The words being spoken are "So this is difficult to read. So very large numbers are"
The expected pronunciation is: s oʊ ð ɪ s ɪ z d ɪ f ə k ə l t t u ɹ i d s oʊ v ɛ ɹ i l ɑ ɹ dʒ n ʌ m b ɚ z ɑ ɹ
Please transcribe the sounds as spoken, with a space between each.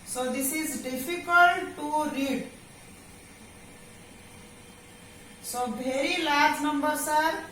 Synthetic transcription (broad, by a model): s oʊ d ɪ s ɪ z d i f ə k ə l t t u ɹ i d s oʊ b ɛ ɹ i l ɑ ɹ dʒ n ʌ m b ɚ s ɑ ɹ